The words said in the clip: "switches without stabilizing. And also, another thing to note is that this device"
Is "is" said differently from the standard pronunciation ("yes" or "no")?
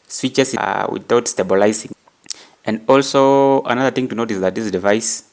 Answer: yes